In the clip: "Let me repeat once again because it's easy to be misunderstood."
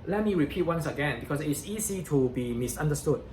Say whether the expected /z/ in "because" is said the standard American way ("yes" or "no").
no